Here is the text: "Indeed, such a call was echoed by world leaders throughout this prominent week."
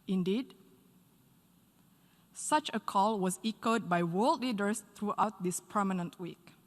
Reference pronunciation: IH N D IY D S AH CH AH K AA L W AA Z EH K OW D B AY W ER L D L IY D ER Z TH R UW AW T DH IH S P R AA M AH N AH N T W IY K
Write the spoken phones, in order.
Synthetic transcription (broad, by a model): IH N D IY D S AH CH AH K AA L W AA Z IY K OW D B AY W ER L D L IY D ER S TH R UW AW T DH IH S P AH M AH N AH N T W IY K